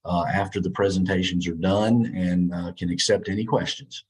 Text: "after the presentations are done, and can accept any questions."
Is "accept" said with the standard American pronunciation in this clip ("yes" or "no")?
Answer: yes